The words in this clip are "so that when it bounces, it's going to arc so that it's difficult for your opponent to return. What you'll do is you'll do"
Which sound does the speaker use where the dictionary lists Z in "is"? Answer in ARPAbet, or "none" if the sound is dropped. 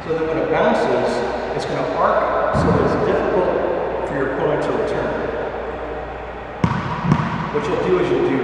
Z